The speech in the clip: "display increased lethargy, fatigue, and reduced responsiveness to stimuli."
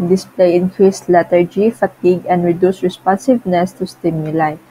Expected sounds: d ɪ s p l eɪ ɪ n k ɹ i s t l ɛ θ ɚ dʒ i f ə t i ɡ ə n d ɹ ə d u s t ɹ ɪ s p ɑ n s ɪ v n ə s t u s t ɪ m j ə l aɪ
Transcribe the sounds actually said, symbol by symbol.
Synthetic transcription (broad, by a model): d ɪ s p l eɪ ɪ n k ɹ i s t l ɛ t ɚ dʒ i f ə t i ɡ ə n d ɹ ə d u s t ɹ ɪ s p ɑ n s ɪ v n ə s t u s t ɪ m j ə l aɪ